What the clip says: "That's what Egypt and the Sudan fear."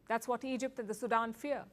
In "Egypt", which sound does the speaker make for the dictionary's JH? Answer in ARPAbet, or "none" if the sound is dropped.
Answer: JH